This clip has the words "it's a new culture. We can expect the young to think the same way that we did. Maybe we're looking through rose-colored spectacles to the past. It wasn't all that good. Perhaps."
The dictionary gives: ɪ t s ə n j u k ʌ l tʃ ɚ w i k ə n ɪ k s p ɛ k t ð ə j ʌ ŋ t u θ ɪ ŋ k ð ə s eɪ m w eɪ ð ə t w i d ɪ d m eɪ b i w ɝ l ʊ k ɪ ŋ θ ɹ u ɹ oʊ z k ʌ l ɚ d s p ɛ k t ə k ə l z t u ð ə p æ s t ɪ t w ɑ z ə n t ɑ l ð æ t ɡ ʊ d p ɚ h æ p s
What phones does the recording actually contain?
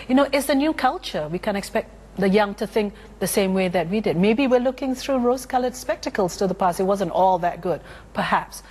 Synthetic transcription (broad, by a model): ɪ t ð ə n j u k ʌ l tʃ ɚ w i k ə n ɪ k s p ɛ k t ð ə j ʌ ŋ t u θ ɪ ŋ k ð ə s eɪ m w eɪ ð ə t w i d ɪ d m eɪ b i w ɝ l ʊ k ɪ ŋ θ ɹ u ɹ oʊ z k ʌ l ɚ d s p ɛ k t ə k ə l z t u ð ə p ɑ s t ɪ t w ɑ z ə n t ɑ l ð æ t ɡ ʊ d p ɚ h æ p s